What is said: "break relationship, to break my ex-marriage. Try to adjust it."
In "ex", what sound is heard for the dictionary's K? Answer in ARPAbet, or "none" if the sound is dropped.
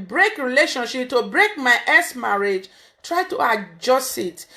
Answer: none